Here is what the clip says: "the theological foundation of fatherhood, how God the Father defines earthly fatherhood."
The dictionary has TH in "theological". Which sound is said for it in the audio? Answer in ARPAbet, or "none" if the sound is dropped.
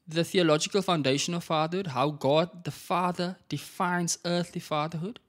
TH